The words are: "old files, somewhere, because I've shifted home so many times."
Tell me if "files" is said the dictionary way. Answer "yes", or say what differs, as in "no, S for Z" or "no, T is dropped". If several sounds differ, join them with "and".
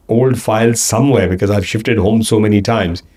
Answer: yes